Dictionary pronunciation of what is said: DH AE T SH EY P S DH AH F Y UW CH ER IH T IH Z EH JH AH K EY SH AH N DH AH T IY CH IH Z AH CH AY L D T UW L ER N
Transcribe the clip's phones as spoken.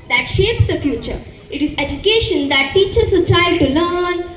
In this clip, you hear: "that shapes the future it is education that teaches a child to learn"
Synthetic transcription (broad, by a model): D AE T SH EY P S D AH F Y UW CH ER IH T IH Z EH JH AH K EY SH AH N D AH T IY CH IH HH AH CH AY D T UW L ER N